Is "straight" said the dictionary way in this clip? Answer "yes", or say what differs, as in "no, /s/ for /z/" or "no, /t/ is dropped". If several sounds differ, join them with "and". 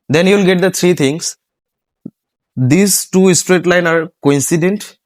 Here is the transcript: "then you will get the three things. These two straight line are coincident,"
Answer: yes